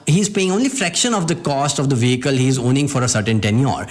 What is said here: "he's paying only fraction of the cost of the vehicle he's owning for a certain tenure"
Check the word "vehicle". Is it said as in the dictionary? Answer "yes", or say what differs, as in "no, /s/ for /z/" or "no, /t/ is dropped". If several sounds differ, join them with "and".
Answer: yes